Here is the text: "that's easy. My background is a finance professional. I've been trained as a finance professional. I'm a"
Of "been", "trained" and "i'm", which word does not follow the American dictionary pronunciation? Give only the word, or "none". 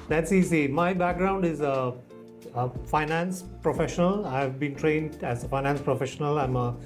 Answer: none